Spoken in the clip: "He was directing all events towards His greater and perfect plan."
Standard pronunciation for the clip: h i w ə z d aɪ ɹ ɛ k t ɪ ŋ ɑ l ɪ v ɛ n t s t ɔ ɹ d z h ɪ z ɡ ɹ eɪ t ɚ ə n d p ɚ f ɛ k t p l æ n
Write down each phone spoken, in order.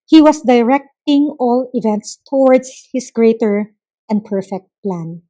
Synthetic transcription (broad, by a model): h i w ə s d aɪ ɹ ɛ k t ɪ ŋ ɑ l ɪ v ɛ n t s t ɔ ɹ d s h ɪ s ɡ ɹ eɪ t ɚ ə n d p ɚ f ɛ k t p l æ n